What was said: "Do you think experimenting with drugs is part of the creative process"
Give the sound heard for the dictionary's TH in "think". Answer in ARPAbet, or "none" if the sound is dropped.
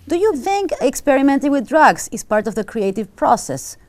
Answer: TH